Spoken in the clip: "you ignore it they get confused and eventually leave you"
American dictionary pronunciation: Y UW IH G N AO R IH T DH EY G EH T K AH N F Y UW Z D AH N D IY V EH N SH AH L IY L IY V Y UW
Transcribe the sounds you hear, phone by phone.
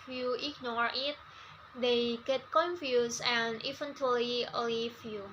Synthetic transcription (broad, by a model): Y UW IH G N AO R IH T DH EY G EH T K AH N F Y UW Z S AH N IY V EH N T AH L IY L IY F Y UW